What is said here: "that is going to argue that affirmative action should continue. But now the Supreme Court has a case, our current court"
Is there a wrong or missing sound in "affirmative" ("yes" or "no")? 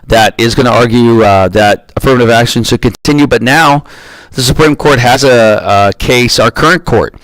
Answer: no